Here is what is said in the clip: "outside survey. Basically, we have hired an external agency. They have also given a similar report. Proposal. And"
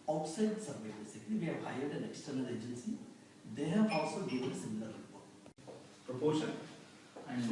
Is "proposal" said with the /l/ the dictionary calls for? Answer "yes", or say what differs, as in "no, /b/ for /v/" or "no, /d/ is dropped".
no, /n/ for /l/